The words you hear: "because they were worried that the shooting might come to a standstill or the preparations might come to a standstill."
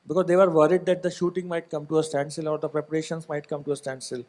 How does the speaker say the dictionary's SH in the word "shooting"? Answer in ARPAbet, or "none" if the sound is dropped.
SH